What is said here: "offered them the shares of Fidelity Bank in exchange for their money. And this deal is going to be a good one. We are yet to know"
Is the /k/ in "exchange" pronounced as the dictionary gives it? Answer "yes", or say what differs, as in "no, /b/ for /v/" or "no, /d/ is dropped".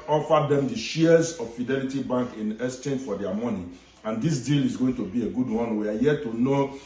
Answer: no, /k/ is dropped